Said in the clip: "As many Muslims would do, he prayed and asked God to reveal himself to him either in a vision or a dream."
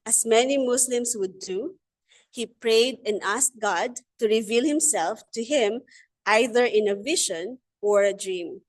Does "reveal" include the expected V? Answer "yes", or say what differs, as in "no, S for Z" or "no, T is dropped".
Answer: yes